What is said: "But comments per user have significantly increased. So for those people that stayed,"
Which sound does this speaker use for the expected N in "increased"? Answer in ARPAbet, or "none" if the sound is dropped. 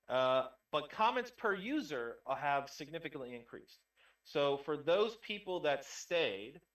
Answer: N